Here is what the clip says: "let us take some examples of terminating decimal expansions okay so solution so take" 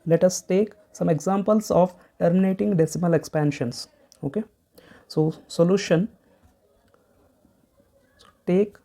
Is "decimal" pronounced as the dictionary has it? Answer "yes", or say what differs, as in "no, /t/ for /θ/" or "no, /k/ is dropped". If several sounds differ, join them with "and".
yes